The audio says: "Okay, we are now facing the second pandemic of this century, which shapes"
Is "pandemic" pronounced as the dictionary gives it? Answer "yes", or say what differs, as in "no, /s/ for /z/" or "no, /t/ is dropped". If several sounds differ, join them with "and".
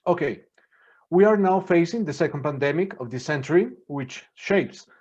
yes